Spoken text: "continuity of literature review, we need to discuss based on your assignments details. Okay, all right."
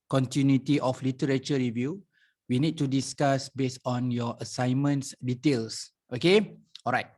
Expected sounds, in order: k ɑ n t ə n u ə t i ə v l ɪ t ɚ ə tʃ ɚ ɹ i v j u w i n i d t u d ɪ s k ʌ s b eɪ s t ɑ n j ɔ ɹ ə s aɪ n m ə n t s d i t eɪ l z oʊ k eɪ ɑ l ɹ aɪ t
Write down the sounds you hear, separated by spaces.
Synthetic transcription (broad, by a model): k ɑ n t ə n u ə t i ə f l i t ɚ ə tʃ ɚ ɹ i v j u w i n i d t u d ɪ s k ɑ s b eɪ s ɑ n j ɔ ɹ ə s aɪ n m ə n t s d i t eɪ l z oʊ k eɪ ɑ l ɹ aɪ t